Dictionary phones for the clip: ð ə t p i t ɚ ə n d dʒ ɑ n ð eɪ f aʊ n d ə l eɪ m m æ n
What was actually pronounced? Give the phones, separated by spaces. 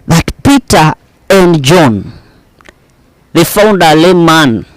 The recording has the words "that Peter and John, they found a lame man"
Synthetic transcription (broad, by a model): ð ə t p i t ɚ ə n d dʒ ɑ n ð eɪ f aʊ n d ə l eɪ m m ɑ n